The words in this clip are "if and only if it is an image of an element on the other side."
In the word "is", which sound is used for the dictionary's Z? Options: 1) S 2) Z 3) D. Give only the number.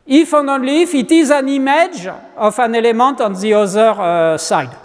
2